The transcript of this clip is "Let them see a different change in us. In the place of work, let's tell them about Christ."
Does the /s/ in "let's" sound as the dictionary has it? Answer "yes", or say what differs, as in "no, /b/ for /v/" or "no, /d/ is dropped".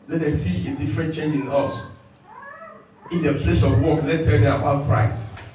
no, /s/ is dropped